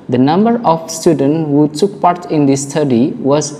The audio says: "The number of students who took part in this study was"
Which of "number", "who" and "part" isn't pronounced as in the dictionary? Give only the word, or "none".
none